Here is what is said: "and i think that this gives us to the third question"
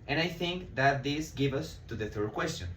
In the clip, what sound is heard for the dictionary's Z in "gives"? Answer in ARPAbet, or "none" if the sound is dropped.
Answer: none